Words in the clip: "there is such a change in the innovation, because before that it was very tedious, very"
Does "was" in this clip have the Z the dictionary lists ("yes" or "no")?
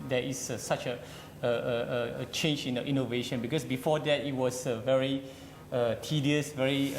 no